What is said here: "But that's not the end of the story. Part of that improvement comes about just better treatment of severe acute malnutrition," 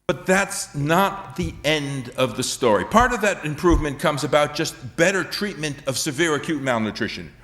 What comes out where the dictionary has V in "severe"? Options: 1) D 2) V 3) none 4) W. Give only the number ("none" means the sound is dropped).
2